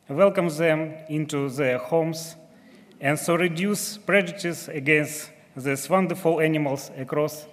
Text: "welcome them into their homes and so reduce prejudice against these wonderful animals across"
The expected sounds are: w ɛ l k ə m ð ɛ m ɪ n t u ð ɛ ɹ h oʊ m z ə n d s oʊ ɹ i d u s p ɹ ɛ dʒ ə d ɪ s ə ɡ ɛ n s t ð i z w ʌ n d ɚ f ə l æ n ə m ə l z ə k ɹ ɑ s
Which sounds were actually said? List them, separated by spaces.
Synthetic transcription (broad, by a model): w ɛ l k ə m ð ɛ m ɪ n t u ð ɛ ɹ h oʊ m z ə n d s oʊ ɹ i d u s p ɹ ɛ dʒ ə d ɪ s ə ɡ ɛ n s t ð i s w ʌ n d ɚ f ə l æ n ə m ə l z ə k ɹ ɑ s